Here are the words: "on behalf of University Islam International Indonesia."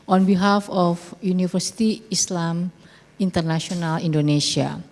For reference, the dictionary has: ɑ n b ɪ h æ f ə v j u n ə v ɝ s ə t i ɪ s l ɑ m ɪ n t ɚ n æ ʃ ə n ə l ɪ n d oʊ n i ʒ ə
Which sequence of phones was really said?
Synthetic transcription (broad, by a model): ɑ n b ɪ h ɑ f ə f j u n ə f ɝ s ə t i ɪ s l ɑ m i n t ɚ n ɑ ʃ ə n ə l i n d oʊ n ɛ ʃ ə